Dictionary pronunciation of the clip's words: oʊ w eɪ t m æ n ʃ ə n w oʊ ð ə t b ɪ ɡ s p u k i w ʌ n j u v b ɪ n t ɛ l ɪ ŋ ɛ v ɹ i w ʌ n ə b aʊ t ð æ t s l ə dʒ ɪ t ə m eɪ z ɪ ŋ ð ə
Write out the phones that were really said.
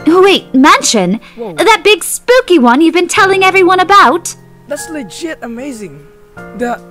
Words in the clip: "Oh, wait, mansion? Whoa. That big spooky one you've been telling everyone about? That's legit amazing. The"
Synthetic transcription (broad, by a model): w eɪ t m æ n ʃ ə n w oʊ ð ə t b ɪ ɡ s p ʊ k i w ʌ n j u v b ɪ n t ɛ l ɪ ŋ ɛ v ɹ i w ʌ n ə b aʊ t ð æ t s l ə dʒ ɪ t ə m eɪ z ɪ ŋ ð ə